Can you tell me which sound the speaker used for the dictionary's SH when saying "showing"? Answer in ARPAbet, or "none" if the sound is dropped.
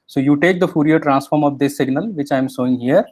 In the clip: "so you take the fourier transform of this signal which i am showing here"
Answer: S